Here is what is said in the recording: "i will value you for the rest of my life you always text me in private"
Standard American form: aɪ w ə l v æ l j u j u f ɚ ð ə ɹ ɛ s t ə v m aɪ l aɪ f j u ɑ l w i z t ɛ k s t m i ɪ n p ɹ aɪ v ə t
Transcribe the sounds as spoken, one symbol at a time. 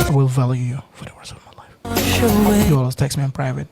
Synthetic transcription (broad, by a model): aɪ w ə l v æ l j u j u f ɚ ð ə w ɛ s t ə v m aɪ l aɪ f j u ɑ l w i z t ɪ k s m i ɪ n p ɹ aɪ v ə t